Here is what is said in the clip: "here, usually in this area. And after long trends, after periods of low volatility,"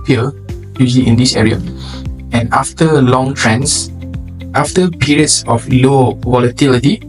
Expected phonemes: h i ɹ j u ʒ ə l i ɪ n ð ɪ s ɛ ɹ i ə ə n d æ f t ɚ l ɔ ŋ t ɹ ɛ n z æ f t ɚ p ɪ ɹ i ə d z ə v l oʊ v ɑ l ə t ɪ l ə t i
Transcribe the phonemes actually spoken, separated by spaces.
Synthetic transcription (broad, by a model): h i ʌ j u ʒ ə l i ɪ n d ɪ s ɛ ɹ i ə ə n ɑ f t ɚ l ɔ ŋ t ɹ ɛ n s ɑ f t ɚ p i ɹ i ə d s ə f l oʊ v ɑ l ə t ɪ l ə t i